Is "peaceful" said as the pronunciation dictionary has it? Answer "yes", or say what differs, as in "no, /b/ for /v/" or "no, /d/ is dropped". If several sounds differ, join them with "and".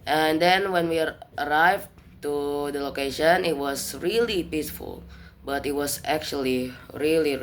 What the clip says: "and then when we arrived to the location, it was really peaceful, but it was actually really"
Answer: yes